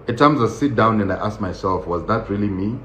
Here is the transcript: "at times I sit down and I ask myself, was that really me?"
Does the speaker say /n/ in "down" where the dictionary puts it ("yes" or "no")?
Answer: yes